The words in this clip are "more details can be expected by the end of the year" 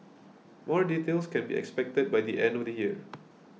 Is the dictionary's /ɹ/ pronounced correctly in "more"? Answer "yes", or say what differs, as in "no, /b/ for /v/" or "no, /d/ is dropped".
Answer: yes